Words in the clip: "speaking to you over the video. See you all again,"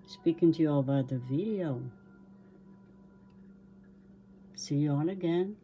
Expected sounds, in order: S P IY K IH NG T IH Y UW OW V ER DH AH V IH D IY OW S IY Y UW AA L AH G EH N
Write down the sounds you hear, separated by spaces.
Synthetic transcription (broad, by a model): S P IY K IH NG T IH Y UW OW B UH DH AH V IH D IY OW S IY Y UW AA N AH G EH N